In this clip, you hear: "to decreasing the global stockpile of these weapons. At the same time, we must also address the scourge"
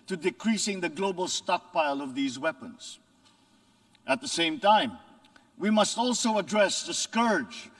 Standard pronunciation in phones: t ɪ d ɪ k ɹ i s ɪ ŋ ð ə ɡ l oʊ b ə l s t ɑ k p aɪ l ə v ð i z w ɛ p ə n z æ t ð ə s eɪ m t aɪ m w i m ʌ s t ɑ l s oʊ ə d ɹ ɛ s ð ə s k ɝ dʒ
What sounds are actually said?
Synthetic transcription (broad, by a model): t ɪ d ɪ k ɹ i s ɪ ŋ ð ə ɡ l oʊ b ə l s t ɑ k p aɪ l ə v ð i z w ɛ p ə n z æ t ð ə s eɪ m t aɪ m w i m ʌ s t ɑ l s oʊ ə d ɹ ɛ s ð ə s k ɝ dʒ